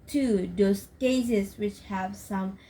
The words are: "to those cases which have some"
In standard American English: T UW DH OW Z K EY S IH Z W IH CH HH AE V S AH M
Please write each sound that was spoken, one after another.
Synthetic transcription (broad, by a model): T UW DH OW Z K EY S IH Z W IH CH HH AE V S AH M